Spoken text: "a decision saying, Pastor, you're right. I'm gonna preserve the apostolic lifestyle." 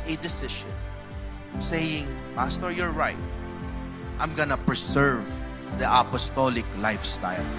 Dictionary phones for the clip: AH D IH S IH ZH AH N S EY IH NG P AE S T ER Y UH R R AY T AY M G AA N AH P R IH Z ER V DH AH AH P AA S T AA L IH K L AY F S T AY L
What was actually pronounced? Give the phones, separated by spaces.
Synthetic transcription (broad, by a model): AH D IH S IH SH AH N S EY IH NG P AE S T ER Y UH R R AY T AY M G AA N AH P R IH S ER V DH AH AH P AA S T AA L IH K L AY F S T AY L